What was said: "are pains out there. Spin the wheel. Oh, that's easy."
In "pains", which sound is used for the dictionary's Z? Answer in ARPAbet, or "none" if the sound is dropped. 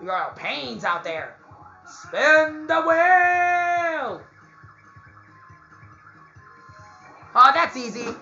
Z